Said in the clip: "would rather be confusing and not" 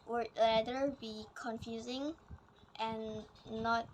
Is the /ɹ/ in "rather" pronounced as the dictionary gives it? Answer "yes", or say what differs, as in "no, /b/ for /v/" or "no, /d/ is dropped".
no, /l/ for /ɹ/